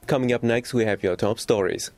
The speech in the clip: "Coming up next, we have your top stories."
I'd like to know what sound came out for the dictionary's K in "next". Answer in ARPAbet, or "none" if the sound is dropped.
K